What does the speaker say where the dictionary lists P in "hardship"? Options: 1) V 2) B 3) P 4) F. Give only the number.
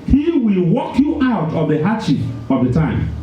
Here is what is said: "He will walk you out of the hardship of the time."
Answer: 4